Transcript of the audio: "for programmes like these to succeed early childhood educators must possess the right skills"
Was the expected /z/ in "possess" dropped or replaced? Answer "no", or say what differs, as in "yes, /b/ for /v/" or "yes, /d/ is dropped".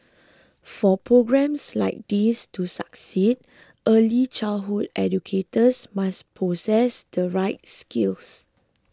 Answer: yes, /s/ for /z/